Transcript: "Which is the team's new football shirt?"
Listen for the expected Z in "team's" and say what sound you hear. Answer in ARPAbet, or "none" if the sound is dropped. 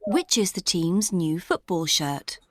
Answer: Z